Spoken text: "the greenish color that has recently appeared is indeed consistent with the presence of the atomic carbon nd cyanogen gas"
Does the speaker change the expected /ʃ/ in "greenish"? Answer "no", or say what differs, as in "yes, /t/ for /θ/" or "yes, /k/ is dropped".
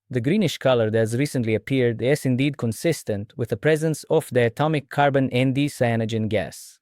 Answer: no